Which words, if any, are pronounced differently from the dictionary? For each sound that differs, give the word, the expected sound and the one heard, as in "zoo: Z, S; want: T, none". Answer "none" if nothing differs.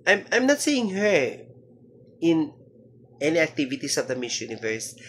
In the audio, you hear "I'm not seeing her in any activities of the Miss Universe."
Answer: activities: Z, S